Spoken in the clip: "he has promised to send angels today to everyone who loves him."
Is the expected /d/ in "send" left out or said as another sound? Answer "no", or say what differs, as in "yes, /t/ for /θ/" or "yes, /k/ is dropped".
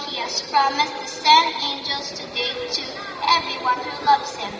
yes, /d/ is dropped